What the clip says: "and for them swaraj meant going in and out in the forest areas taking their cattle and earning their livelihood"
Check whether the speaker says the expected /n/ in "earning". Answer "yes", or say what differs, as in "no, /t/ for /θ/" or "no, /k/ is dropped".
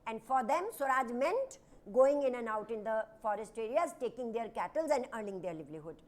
no, /l/ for /n/